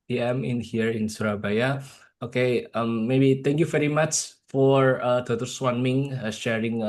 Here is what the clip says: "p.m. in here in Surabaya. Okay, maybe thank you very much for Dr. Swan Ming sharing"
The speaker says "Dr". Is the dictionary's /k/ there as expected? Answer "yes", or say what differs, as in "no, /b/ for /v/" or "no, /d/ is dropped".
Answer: no, /k/ is dropped